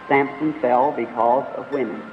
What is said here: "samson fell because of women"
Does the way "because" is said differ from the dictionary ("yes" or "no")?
no